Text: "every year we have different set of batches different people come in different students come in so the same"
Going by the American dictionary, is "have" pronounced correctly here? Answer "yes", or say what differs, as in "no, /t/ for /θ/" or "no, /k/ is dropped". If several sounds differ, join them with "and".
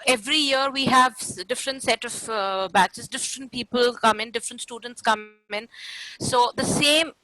yes